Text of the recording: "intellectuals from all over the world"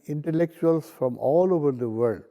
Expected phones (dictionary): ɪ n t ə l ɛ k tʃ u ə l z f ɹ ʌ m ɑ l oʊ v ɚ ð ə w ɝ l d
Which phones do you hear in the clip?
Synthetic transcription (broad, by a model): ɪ n t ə l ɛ k tʃ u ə l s f ɹ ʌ m ɑ l oʊ v ɚ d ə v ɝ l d